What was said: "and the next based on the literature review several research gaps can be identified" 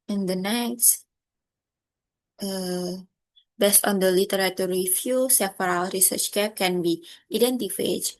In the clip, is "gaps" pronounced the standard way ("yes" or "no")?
no